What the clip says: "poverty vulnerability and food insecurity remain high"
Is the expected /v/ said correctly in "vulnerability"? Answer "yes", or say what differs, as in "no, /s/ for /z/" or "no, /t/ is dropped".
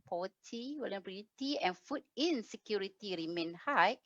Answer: no, /w/ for /v/